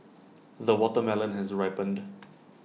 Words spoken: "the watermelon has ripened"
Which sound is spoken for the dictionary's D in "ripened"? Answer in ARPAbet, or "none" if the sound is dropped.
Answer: D